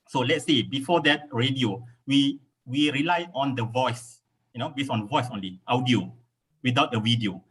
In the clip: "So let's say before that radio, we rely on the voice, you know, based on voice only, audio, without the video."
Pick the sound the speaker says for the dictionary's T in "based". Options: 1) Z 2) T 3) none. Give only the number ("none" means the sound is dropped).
3